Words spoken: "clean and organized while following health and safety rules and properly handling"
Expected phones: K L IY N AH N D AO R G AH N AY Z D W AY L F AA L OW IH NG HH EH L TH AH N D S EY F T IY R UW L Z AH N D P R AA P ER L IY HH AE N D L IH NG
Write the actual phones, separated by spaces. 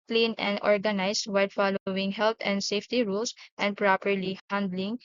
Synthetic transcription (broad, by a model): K L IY N AH N D AO R G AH N AY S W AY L F AA L OW IH NG HH EH L T AH N D S EY F T IY R UW L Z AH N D P R AA P ER L IY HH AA N D L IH NG